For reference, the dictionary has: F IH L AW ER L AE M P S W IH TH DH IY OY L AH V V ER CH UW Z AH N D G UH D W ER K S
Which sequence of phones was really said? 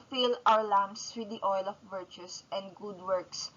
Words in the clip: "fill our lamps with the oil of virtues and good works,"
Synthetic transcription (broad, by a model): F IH L AW ER L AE M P S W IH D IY OY L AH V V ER CH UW S AH N D G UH D W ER K S